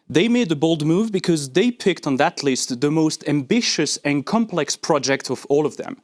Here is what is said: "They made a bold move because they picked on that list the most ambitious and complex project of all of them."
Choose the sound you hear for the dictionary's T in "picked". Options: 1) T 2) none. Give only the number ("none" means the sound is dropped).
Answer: 1